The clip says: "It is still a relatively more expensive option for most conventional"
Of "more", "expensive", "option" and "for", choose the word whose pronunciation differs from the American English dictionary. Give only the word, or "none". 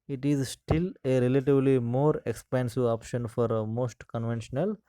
expensive